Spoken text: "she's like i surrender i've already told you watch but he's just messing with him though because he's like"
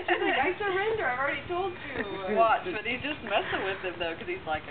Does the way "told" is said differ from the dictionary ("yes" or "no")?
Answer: no